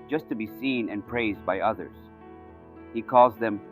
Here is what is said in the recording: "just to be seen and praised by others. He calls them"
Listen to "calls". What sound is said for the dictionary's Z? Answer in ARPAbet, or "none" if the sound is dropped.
Z